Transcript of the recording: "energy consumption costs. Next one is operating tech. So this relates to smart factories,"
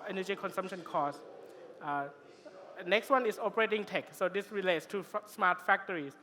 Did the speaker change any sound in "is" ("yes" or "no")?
yes